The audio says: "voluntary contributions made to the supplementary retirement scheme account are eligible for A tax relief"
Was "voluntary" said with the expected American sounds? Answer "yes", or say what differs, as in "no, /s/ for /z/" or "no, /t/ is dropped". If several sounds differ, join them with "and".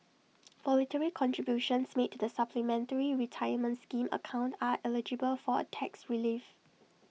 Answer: no, /n/ is dropped